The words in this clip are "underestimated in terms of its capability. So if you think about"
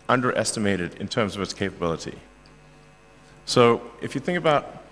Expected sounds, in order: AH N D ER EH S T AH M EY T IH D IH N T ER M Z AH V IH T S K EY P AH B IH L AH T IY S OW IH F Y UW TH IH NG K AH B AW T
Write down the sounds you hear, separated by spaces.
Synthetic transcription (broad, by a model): AH N D ER EH S T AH M EY T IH D IH N T ER M Z AH V IH T S K EY P AH B IH L AH T IY S OW IH F Y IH TH IH NG K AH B AW T